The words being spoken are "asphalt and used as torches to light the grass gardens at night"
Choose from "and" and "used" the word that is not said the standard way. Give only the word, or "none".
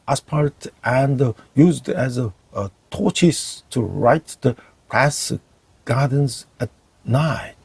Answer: none